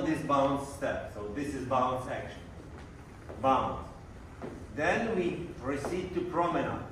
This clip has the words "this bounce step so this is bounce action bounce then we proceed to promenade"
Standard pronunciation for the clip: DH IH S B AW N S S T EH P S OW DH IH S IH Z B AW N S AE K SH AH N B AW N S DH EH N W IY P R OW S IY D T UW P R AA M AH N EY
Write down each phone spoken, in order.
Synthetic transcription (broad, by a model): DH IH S B AW N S S T EH P S OW DH IH S IH Z B AW N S AE K SH AH N B AW N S DH EH N W IY P R OW S IY D T UW P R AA M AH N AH